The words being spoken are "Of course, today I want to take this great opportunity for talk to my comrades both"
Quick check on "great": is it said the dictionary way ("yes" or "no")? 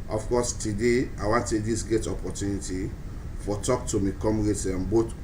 no